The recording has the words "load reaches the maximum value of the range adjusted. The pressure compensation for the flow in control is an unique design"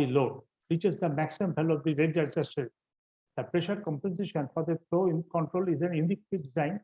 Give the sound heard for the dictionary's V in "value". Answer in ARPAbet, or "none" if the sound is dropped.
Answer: B